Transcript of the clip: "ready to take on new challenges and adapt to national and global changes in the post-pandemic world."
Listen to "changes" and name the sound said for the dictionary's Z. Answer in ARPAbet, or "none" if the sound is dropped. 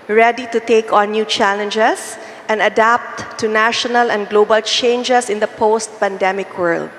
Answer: S